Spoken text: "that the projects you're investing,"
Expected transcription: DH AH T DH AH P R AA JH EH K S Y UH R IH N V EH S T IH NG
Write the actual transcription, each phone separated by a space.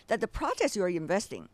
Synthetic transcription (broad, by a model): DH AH T DH AH P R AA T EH S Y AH R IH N V EH S T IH NG